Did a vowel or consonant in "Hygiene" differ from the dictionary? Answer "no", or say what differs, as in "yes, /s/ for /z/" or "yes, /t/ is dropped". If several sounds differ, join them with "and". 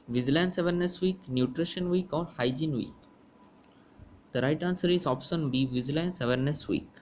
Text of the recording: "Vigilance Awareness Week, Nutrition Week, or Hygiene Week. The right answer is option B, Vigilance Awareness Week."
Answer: no